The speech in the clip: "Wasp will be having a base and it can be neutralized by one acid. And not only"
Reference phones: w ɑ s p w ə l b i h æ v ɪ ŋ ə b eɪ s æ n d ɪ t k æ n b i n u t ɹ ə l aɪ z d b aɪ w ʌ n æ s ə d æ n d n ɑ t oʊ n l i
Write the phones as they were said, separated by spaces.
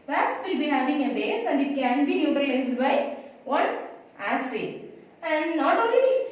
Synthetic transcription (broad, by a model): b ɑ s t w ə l b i h æ v ɪ ŋ ə b eɪ s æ n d ɪ t k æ n b i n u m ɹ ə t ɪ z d b aɪ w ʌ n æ s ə æ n d n ɑ t oʊ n l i